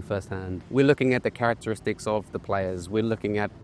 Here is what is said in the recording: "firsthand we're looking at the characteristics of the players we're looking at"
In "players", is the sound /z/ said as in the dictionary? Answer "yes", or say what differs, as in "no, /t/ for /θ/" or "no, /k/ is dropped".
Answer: yes